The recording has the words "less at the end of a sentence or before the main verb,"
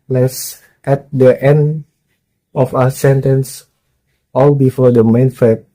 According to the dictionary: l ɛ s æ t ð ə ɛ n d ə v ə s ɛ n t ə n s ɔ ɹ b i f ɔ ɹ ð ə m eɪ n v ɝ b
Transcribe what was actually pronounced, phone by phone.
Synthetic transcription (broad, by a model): l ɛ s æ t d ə ɛ n d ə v ə s ɛ n t ə n s ɔ l b i f ɔ ɹ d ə m eɪ n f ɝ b